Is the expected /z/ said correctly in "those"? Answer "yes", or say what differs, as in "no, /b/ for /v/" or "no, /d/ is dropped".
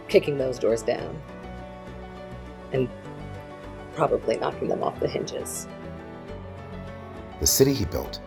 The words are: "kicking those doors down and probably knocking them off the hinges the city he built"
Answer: yes